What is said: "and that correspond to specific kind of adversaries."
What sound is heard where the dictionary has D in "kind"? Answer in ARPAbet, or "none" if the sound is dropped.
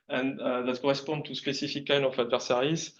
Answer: none